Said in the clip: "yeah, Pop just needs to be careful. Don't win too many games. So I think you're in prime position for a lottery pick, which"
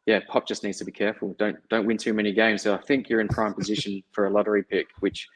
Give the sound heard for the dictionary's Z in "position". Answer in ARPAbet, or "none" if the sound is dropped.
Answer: Z